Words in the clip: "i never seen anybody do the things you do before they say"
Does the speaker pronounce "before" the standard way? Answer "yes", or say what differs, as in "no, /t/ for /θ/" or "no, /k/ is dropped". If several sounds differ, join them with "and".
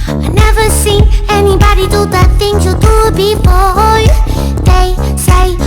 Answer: no, /p/ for /f/